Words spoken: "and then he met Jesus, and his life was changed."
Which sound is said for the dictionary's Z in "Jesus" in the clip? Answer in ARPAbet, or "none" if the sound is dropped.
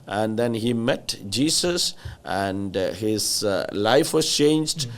S